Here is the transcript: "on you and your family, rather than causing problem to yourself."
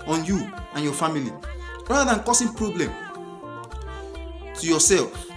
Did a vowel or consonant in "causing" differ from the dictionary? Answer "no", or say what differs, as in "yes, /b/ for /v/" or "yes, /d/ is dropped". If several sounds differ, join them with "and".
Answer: yes, /s/ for /z/